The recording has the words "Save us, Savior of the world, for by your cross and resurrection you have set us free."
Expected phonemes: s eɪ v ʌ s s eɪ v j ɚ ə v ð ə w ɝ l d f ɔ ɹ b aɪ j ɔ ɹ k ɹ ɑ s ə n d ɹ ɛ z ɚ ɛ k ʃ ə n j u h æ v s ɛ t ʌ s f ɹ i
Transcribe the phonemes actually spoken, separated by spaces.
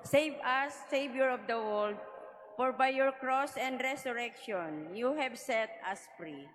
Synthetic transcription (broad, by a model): s eɪ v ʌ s s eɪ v j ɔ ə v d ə w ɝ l d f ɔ ɹ b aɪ j ɔ ɹ k ɹ ɑ s ə n d ɹ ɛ s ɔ ɛ k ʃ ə n j u h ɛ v s ɛ t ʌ s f ɹ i